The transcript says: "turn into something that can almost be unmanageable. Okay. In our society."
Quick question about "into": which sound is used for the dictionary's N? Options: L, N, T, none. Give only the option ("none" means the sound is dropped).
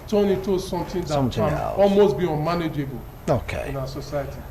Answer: none